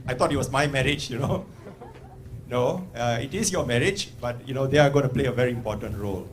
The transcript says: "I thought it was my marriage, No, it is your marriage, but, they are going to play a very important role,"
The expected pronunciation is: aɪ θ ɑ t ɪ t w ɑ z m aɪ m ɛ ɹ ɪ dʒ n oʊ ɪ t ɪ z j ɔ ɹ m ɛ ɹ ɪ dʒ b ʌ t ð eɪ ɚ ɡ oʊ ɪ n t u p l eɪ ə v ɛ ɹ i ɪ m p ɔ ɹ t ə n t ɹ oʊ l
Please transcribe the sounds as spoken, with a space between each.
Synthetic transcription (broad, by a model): aɪ t ɑ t ɪ t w ɑ s m aɪ m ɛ ɹ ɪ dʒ n oʊ ɪ t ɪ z j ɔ m ɛ ɹ ɪ dʒ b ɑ t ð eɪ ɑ ɡ oʊ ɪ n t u p l eɪ ə v ɛ ɹ i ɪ m p ɔ t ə n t ɹ oʊ l